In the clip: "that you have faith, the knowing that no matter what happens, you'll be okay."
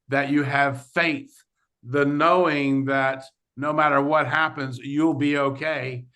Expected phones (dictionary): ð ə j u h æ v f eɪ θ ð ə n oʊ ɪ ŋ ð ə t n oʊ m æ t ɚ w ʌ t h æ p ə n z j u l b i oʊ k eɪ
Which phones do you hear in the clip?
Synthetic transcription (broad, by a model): ð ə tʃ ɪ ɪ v f eɪ θ ð ə n oʊ ɪ ŋ ð ə t n oʊ m æ t ɚ w ʌ t h æ p ə n z j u l b i oʊ k eɪ